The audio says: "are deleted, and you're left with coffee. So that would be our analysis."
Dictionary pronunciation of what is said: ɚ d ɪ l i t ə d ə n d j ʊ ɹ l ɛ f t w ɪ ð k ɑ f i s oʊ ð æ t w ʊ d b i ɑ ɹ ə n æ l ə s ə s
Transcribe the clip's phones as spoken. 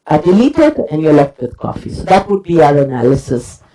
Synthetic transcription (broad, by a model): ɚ d ɪ l i t ə d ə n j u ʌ l ɛ f t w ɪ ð k ɑ f i s oʊ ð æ t w ʊ d b i ɑ ɹ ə n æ l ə s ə s